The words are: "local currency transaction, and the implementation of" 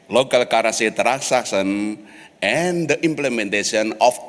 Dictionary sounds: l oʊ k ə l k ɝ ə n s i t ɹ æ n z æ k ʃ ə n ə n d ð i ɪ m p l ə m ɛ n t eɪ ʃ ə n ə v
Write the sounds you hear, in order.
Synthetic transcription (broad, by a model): l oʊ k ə l k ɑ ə s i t ɹ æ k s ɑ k s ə n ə n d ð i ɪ m p l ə m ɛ n t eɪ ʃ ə n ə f